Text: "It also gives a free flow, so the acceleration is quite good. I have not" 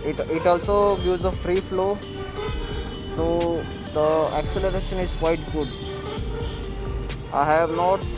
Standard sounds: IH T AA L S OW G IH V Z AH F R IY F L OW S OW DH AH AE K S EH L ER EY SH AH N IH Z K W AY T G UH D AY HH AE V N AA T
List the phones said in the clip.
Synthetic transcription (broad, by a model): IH T AA L S OW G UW Z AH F R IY F L OW S OW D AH AE K S EH L ER EY SH AH N IH Z K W AY T G UH D AY HH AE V N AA T